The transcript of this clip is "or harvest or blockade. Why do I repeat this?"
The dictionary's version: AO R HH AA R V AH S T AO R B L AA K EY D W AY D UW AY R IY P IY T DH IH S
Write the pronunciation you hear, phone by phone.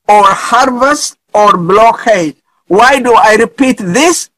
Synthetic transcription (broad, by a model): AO R HH AA R V AH S T AO R B L AA K EY D W AY D UW AY R IY P IY T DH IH S